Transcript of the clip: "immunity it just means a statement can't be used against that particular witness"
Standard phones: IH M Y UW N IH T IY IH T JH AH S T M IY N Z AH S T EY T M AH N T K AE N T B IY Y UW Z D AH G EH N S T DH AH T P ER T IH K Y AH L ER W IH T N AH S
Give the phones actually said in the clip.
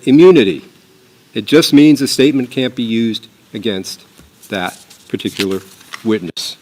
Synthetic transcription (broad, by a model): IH M Y UW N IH T IY IH T JH AH S T M IY N Z AH S T EY T M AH N K AE N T B IY Y UW Z D AH G EH N S T DH AH T P ER T IH K Y L ER W IH T N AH S